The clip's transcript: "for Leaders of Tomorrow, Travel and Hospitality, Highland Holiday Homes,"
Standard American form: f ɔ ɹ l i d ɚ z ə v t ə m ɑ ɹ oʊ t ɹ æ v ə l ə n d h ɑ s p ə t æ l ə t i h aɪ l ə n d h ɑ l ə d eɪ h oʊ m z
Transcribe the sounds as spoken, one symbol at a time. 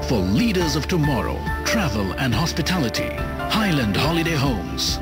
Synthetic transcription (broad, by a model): f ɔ ɹ l i d ɚ z ə v t ə m ɑ ɹ oʊ t ɹ æ v ə l ə n d h ɑ s p ə t æ l ə t i h aɪ l ə n d h ɑ l ə d eɪ h oʊ m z